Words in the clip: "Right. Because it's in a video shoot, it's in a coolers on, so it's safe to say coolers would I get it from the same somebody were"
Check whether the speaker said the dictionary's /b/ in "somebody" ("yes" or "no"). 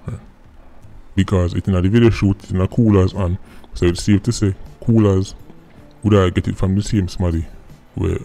no